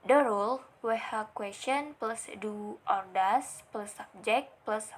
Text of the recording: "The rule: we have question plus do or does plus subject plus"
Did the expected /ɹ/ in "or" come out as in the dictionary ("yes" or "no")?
yes